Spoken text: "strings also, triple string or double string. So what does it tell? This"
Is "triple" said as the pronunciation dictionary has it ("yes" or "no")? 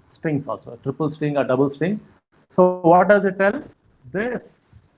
yes